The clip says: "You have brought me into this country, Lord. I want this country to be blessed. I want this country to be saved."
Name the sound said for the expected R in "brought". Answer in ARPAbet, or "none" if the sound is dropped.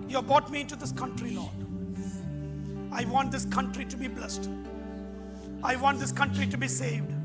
none